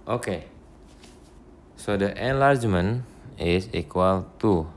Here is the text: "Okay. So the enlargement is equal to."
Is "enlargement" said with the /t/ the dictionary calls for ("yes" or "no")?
no